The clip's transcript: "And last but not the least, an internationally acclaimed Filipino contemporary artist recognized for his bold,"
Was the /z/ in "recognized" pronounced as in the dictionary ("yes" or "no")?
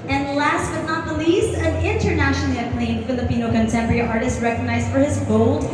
yes